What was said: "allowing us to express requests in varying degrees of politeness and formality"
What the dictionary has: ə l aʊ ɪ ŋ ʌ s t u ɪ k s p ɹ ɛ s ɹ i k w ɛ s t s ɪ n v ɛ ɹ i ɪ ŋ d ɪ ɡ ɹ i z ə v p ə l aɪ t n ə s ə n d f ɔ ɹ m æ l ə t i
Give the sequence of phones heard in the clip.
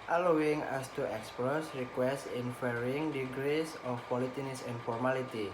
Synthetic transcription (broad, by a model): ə l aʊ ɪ ŋ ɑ s t u ɪ k s p ɹ ɛ s ɹ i k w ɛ s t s ɪ n f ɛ ɹ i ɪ ŋ d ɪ ɡ ɹ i s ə f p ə l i t n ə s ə n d f ɔ ɹ m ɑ l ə t i